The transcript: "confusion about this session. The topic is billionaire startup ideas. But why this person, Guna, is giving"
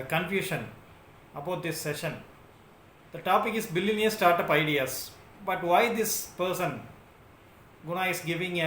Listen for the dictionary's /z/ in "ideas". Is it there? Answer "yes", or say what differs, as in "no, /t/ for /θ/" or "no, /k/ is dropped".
no, /s/ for /z/